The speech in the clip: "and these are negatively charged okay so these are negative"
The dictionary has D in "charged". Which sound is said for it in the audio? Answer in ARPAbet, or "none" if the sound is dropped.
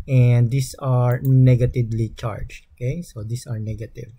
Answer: none